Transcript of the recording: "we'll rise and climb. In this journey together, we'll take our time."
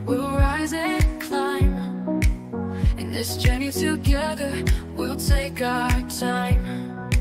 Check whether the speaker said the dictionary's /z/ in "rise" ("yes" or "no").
yes